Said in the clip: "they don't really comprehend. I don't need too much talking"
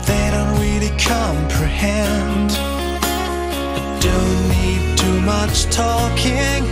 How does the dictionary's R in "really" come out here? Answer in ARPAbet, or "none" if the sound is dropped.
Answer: R